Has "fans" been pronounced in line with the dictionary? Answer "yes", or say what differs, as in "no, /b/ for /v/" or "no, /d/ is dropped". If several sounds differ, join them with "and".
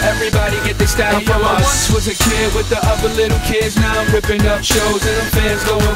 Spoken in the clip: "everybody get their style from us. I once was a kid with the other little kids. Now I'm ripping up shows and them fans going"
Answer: yes